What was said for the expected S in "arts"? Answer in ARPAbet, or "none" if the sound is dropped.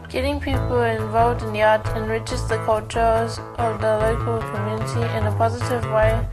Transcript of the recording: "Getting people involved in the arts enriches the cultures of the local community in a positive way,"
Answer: none